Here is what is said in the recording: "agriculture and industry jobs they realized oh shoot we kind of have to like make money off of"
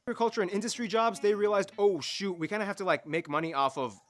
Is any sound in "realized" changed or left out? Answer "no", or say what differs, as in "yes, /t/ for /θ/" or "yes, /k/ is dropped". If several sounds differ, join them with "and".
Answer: no